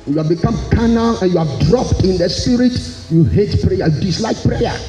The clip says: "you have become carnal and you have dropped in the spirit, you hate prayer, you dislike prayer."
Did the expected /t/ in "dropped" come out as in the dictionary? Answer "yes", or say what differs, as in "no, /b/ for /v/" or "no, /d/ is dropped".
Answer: yes